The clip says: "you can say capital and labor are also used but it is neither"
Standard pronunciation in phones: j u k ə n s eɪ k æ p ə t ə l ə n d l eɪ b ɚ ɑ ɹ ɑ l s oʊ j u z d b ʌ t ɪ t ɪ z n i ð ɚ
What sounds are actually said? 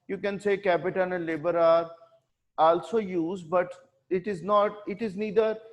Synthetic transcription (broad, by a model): j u k ə n s eɪ k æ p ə t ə n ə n l eɪ b ɚ ɑ ɹ ɑ l s oʊ j u z d b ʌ t ɪ t ɪ z n i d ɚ